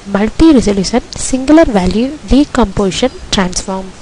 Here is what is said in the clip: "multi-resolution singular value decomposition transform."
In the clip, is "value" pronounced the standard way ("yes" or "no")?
yes